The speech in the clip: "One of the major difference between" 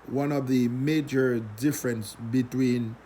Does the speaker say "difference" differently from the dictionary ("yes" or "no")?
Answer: no